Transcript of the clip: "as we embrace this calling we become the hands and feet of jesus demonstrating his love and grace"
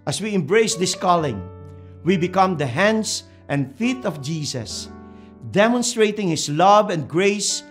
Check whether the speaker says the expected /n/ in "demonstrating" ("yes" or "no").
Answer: yes